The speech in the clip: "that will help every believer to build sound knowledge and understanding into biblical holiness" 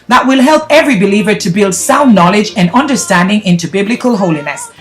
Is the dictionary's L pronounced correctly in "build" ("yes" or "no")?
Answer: yes